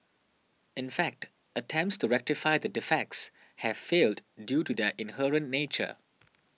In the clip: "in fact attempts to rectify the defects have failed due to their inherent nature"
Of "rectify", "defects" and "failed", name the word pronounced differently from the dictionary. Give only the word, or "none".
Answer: none